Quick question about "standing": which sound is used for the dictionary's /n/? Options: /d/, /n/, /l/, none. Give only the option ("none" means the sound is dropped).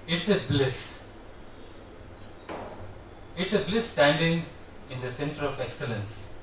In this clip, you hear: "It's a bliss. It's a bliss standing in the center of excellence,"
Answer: /n/